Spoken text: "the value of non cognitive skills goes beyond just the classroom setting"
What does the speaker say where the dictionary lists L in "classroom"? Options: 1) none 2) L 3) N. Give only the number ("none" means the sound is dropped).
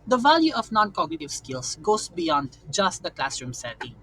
2